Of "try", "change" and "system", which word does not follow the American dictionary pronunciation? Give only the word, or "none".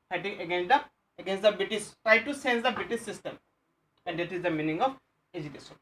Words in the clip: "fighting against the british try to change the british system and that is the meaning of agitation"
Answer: change